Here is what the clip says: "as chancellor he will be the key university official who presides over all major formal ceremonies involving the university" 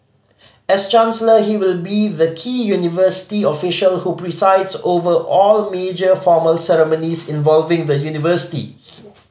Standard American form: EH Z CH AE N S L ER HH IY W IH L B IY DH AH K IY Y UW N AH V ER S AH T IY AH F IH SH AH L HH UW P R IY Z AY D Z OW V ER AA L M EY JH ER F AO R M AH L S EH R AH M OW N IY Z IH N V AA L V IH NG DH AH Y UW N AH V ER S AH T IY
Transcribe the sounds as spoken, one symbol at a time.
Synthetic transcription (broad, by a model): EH S CH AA N S L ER HH IY W IH L B IY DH AH K IY Y UW N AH V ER S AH T IY AH F IH SH AH L HH UW P R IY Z AY D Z OW V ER AA L M EY JH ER F AO M AH L S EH R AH M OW N IY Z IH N V AA L V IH NG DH AH Y UW N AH V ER S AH T IY